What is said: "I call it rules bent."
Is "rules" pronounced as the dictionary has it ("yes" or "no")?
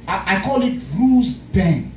no